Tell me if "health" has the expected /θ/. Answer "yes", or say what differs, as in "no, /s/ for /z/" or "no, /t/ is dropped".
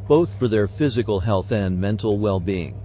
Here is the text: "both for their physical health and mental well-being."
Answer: yes